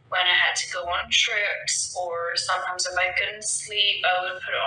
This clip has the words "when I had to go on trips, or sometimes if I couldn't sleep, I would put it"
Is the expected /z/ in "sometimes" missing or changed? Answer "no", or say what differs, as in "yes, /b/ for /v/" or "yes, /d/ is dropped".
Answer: no